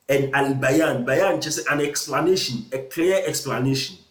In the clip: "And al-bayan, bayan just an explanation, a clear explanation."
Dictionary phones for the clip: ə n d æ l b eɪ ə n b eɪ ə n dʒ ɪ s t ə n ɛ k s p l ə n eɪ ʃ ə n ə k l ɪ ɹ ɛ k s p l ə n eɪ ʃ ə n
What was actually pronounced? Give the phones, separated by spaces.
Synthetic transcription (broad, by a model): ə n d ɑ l b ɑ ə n b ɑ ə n tʃ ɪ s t ə n ɛ k s p l ə n eɪ ʃ ə n ə k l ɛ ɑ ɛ k s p l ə n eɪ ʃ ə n